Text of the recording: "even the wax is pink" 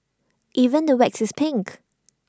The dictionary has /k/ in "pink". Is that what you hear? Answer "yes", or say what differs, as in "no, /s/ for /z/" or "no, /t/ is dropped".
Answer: yes